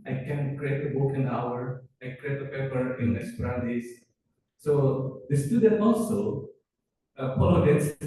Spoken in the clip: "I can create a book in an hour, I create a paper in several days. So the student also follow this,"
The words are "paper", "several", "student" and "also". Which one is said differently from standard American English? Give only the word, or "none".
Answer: several